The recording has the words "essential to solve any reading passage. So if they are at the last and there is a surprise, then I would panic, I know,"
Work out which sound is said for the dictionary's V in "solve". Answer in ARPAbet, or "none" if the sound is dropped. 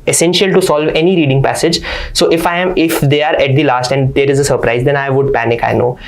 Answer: V